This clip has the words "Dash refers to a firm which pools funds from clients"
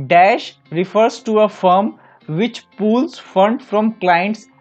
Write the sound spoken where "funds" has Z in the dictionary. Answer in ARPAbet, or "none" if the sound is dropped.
none